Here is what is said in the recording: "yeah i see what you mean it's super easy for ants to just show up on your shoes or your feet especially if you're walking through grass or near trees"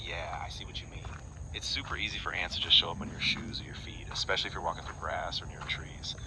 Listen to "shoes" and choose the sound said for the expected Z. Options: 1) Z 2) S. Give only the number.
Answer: 1